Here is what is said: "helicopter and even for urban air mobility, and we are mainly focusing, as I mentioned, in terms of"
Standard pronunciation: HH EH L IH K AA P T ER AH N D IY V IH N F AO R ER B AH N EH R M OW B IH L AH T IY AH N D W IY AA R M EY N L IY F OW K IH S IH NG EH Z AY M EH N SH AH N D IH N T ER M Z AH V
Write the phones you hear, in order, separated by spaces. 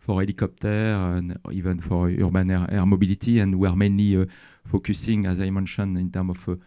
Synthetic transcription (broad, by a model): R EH L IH K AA P T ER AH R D IY V IH N F AO R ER B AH N EH R M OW B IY L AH T IY AH N D W IY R M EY N L IY F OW K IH S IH NG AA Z AY M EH N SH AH N IH N T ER M AH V